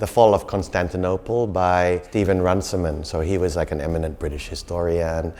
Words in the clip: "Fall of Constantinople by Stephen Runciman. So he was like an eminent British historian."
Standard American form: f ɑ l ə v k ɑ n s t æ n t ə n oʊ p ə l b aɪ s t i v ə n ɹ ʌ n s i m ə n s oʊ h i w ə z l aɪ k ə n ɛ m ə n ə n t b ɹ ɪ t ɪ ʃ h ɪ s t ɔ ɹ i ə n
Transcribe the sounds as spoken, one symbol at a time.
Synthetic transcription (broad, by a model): f ɑ l ə v k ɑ n s t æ n t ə n oʊ p l b aɪ s t i v ə n ɹ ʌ n s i m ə n s oʊ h i w ə z l aɪ k ə n ɛ m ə n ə n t b ɹ ɪ t ɪ ʃ h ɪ s t ɔ ɹ i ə n